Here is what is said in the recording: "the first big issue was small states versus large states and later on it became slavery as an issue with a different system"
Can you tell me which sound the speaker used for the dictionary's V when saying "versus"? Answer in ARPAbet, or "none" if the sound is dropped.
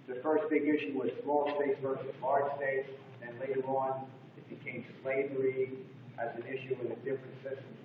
V